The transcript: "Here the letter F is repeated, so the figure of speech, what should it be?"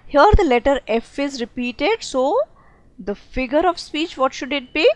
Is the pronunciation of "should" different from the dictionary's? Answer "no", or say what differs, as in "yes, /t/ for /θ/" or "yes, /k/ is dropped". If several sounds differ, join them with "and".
no